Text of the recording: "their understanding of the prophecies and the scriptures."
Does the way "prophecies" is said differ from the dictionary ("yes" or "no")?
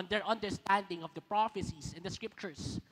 yes